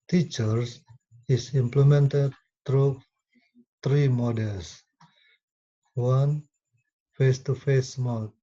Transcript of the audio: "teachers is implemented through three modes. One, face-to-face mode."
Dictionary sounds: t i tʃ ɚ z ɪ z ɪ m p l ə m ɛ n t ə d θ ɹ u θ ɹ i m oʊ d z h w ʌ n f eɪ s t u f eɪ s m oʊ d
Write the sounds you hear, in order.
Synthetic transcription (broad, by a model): t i tʃ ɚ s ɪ s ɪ m p l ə m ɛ n t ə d t ɹ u t ɹ i m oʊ d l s w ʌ n f eɪ s t u f eɪ s m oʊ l